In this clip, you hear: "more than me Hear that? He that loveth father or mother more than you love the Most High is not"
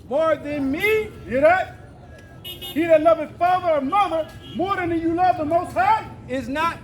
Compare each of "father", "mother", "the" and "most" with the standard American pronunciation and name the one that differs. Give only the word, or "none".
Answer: none